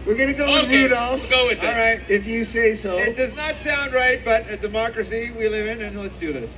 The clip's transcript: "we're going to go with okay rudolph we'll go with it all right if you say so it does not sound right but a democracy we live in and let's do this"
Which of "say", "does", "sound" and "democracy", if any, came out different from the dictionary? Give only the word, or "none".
none